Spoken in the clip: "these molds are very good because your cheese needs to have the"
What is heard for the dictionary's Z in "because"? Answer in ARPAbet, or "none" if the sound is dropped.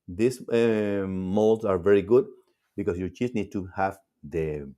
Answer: S